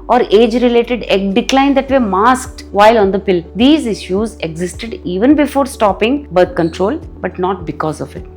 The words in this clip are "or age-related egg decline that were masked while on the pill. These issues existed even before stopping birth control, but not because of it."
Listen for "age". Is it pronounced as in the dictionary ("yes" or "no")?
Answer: yes